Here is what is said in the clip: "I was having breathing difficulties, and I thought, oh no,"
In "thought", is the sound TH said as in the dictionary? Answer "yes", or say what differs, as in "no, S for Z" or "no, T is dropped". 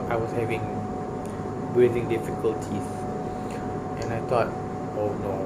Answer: no, T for TH